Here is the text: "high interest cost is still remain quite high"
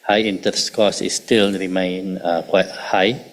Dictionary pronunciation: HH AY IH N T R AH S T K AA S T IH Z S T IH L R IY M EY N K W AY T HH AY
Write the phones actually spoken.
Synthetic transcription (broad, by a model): HH AY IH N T AH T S K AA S IH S T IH L R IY M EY N K W AY T HH AY